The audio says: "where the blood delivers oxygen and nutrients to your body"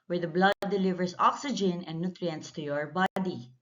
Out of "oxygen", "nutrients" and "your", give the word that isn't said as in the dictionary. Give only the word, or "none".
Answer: none